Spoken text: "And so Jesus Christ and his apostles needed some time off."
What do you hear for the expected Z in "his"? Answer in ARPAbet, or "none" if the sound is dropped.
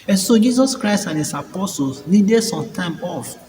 S